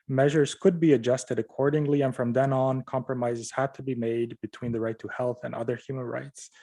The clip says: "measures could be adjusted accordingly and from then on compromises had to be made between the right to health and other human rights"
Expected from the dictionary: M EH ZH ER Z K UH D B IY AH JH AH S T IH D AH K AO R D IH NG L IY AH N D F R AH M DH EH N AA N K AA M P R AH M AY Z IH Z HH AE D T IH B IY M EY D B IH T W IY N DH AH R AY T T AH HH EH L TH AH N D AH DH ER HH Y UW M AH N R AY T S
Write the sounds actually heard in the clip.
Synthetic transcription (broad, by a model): M EH ZH ER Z K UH D B IY AH JH AH S T IH D AH K AO R D IH NG L IY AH N F R AH M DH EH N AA N K AA M P R AH M AY Z IH Z HH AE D T IH B IY M EY D B IH T W IY N DH AH R AY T T AH HH EH L TH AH N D AH DH ER HH Y UW M AH N R AY T S